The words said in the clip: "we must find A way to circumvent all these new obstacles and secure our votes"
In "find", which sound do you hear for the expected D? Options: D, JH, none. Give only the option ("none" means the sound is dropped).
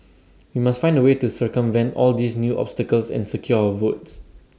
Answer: D